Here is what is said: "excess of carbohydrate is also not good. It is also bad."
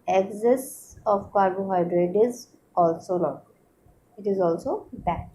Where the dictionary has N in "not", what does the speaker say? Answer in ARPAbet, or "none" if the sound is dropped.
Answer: L